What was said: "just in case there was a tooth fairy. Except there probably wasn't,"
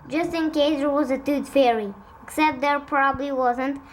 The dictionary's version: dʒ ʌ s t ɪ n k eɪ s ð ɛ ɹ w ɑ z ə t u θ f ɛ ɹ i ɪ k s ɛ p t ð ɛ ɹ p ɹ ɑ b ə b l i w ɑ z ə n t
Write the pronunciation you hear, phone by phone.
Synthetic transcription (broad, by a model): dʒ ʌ s t ɪ n k eɪ s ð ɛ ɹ w ɑ z ə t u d f ɛ ɹ i ɪ k s ɛ p t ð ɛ ɹ p ɹ ɑ b ə b l i w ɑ z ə n t